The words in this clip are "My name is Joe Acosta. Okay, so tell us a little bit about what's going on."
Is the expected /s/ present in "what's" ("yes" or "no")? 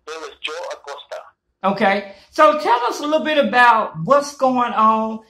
yes